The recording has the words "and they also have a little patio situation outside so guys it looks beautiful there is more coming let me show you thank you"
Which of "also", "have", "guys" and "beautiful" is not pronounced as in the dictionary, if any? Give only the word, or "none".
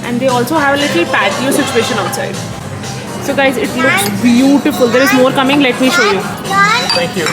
none